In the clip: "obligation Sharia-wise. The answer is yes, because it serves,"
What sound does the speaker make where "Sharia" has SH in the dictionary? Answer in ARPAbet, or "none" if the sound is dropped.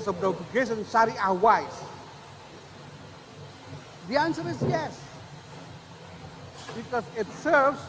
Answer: S